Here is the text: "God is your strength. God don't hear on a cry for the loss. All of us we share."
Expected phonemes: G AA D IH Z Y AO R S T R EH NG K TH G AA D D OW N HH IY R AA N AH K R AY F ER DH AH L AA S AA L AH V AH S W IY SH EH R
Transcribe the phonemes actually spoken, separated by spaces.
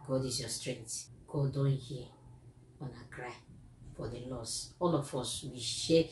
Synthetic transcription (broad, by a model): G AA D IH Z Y AO S T R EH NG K T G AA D D OW N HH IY AA N AH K R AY F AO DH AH L AA S AA L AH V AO S W IY SH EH